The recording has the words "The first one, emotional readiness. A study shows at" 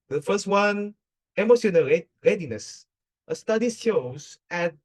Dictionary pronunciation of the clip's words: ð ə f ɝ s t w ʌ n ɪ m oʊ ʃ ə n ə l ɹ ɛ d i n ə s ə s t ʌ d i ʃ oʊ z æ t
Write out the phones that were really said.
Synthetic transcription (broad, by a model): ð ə f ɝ s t w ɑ n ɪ m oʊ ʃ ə n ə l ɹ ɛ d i n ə s ə s t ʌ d i s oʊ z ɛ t